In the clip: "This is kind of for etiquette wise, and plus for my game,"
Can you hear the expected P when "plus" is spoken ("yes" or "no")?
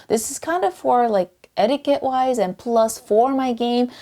yes